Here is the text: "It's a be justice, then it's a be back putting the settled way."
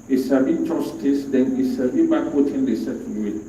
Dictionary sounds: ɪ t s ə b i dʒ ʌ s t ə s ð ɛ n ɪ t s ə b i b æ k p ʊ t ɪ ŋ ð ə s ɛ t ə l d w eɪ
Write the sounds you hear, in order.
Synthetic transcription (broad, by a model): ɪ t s ə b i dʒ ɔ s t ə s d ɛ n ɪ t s ə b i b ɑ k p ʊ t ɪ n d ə s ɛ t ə n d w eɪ